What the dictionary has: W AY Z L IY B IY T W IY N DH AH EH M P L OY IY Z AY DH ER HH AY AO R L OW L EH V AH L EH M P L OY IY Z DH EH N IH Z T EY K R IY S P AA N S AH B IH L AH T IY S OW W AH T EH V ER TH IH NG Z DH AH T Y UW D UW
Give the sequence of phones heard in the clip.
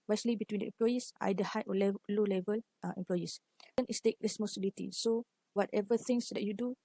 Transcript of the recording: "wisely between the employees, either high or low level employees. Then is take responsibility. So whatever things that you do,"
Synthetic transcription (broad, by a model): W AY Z L IY B IY T W IY N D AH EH M P L OY IY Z AY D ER HH AY AO L L OW L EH V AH L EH M P L OY IY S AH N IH S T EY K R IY S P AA S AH B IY L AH T IY S OW W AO T EH V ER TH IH NG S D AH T Y UW D UW